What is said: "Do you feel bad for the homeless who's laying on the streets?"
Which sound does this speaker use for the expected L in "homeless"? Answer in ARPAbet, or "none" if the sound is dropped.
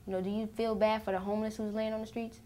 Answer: L